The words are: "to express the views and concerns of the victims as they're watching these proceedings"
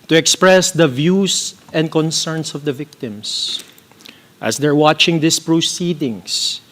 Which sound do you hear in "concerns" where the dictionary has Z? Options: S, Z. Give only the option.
S